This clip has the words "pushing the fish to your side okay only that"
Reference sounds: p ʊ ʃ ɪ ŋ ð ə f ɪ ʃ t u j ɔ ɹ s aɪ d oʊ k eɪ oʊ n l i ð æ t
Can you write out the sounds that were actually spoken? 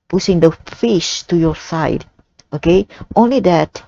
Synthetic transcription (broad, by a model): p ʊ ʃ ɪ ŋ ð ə f ɪ ʃ t u j ɔ ɹ s aɪ d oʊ k eɪ oʊ n l i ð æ t